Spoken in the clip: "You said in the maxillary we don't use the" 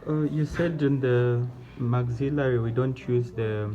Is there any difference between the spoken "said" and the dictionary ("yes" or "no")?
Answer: no